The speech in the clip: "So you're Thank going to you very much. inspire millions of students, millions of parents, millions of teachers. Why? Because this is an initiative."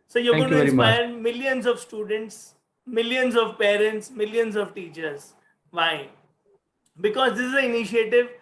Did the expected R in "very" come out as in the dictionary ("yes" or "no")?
no